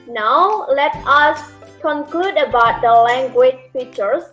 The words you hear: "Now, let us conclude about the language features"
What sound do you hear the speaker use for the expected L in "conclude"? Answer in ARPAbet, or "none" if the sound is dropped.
L